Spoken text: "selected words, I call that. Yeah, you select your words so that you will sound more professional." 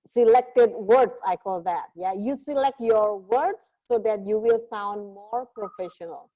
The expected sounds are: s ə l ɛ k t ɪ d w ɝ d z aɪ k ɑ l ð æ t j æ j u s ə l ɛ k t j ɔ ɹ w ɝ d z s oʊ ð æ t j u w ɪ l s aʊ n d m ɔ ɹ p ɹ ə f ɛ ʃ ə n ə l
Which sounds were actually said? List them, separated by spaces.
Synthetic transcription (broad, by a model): s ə l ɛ k t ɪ d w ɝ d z aɪ k ɑ l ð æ t j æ j u s ə l ɛ k t j ɔ ɹ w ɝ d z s oʊ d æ t j u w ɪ l s aʊ n d m ɔ ɹ p ɹ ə f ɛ ʃ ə n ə l